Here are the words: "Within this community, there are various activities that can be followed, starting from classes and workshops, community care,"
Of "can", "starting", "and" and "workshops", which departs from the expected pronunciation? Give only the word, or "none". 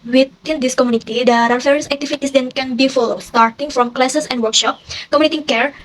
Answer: workshops